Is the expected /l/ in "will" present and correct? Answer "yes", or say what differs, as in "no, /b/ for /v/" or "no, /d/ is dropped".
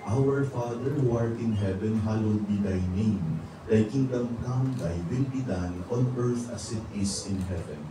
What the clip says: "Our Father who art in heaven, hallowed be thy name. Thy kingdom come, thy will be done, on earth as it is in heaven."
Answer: no, /n/ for /l/